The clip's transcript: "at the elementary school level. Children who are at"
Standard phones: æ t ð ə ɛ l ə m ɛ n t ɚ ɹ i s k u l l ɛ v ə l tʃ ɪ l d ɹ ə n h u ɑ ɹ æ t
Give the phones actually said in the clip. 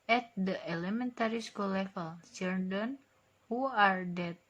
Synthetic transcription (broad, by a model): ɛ t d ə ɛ l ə m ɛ n t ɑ ɹ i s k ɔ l l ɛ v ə l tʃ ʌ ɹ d ə n h u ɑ ɹ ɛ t